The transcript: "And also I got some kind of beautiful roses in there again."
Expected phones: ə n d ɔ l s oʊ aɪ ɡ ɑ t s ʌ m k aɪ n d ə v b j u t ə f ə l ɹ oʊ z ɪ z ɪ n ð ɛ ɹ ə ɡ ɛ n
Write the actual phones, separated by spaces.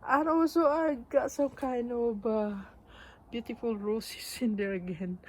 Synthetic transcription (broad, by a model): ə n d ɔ w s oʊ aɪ ɡ ɑ t s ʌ m k aɪ n d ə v b j u t ə f ə l ɹ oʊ s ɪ s ɪ n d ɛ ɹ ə ɡ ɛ n